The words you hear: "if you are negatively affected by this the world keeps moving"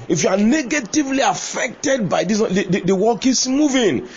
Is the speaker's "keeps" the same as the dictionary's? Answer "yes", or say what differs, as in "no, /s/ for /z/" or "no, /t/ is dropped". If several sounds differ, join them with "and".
no, /p/ is dropped